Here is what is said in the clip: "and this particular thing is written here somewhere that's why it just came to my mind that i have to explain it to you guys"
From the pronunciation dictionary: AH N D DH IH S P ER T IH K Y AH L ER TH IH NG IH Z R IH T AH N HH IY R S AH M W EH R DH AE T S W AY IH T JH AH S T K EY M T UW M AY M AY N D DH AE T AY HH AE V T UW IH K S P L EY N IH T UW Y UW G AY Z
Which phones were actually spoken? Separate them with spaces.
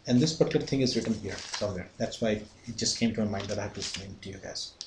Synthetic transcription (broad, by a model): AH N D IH S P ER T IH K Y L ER T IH NG IH Z R IH T AH N HH IY R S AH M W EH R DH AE T S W AY IH T JH AH S T K EY M T UW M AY M AY D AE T AY HH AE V T UW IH S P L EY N T UW Y UW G AY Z